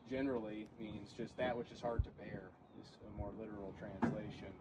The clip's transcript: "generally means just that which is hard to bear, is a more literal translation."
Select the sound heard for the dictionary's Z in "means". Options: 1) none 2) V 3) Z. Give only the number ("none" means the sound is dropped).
3